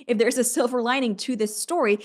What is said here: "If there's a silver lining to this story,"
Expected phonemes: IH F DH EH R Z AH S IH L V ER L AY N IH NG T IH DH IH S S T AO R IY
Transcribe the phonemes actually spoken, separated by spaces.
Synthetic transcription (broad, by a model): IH F DH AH R Z AH S IH L V ER L AY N IH NG T IH DH IH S S T AO R IY